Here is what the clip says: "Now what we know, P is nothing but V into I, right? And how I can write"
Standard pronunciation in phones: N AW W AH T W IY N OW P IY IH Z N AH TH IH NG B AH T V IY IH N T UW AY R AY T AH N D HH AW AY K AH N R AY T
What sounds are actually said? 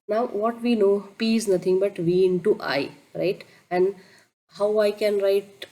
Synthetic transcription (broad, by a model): N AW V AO T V IY N OW P IY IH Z N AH T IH NG B AH T V IY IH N T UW AY R AY T AH N D HH AW AY K AH N R AY T